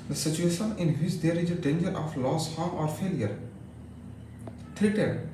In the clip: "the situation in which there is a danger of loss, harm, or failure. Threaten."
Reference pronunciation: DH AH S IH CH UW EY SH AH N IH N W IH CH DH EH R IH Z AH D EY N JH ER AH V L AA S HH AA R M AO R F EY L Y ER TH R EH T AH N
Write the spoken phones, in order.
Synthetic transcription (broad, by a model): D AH S IH CH UW EY SH AH N IH N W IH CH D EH R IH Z AH D EY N JH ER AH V L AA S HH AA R AO R F EY L Y ER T R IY T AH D